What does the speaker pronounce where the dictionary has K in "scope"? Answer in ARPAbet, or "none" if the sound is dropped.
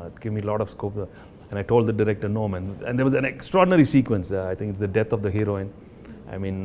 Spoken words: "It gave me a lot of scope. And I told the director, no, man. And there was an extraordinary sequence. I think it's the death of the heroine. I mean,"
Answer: K